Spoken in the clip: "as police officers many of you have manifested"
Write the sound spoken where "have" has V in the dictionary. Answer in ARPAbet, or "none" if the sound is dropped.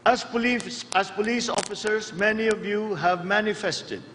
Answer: V